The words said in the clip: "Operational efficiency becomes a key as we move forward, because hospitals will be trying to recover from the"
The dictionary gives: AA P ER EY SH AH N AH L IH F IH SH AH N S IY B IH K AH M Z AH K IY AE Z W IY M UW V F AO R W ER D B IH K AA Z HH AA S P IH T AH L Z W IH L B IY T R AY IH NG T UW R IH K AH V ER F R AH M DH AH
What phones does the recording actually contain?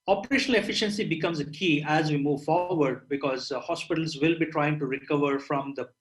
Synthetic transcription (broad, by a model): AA P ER EY SH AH N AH L IH F IH SH AH N S IY B IH K AH M Z AH K IY AE Z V IY M UW V F AO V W ER D B IH K AA Z HH AA S P IH T AH L Z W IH L B IY T R AY IH NG T UW R IH K AH V ER F R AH M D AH